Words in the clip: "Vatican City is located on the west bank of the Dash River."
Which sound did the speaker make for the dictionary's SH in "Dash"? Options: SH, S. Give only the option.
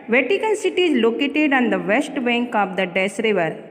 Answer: S